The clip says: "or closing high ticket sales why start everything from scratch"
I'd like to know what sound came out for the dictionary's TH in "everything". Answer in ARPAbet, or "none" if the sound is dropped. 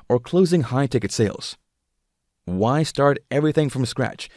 TH